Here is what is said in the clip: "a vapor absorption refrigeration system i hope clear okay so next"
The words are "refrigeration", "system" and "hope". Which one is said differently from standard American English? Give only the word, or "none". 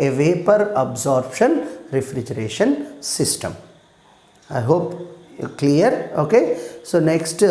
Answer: none